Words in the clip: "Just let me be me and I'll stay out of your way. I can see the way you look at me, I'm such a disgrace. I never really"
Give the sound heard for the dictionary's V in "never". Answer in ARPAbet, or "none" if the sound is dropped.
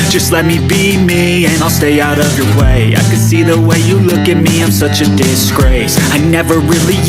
V